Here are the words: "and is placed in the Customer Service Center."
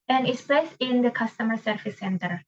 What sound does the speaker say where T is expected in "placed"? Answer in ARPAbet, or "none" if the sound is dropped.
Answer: none